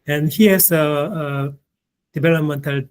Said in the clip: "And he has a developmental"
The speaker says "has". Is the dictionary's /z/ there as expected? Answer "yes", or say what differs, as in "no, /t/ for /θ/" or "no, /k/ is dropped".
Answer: no, /s/ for /z/